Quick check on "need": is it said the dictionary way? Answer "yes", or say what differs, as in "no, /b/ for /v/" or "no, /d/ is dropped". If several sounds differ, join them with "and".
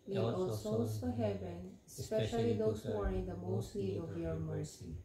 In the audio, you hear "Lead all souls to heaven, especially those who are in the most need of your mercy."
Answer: no, /l/ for /n/